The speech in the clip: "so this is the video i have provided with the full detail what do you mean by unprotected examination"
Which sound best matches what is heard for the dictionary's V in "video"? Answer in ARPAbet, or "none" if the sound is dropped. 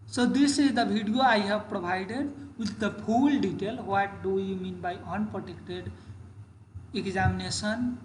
B